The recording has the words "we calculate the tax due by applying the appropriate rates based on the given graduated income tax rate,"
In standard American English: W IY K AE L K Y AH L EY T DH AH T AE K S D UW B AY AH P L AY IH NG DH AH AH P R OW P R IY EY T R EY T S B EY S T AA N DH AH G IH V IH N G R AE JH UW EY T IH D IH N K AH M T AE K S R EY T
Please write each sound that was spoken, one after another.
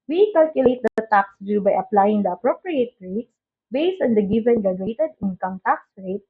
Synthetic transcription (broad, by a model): W IY K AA L K Y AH L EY T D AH T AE K S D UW B AY AH P L AY IH NG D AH AH P R OW P R IY EY T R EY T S B EY S T AA N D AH G IH V IH N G AA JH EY T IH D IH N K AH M T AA K S R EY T